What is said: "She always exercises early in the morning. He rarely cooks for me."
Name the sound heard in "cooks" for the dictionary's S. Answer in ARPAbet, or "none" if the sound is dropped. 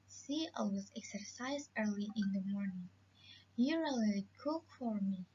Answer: none